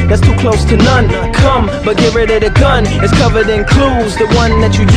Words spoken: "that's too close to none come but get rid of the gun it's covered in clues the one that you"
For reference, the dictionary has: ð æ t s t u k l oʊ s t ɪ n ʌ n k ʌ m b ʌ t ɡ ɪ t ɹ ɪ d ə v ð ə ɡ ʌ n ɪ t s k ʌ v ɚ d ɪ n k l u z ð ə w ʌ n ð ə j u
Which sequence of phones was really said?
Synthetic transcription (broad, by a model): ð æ t s t u k l oʊ s t ɪ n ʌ n k ʌ m b ʌ t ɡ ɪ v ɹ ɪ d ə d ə ɡ ʌ n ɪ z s k ʌ v ɚ d ɪ n k l u z ð ə w ʌ n ð ə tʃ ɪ